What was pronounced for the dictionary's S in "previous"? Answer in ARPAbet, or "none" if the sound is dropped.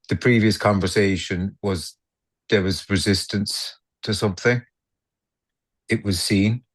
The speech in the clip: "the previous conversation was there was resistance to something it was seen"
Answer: S